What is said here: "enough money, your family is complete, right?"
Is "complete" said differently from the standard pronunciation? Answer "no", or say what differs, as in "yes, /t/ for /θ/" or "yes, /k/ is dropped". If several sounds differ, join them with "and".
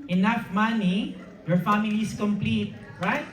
no